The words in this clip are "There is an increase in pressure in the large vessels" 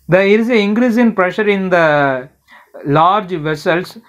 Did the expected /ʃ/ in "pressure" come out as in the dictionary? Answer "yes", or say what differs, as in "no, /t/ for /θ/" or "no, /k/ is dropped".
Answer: yes